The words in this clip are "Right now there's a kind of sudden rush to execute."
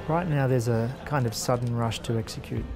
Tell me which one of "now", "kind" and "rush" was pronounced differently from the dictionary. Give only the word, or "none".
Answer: none